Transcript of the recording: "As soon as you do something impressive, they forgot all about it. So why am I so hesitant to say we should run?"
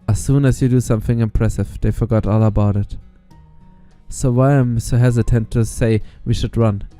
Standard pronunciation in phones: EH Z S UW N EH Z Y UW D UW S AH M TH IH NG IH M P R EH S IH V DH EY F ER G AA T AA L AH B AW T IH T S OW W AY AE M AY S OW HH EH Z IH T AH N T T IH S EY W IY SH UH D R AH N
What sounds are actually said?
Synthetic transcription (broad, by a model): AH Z S UW N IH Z Y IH D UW S AH M TH IH NG IH M P R EH S IH V DH EY F ER G AA T AA L AH B AW T IH T S OW W AY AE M S OW HH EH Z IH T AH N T T IH S EY W IY SH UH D R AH N